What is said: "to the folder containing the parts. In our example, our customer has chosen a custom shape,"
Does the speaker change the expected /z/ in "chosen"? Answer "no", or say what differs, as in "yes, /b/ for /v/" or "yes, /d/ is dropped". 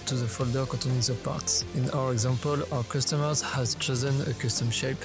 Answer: no